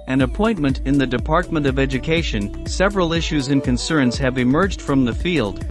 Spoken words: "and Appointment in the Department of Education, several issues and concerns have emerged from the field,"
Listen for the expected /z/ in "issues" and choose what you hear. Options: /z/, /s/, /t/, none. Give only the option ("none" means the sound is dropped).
/z/